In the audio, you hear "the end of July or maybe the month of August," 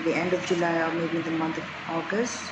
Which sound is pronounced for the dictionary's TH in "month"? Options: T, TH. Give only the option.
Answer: T